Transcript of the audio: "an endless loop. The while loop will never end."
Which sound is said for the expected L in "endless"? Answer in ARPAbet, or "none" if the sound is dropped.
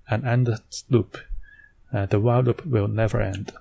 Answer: none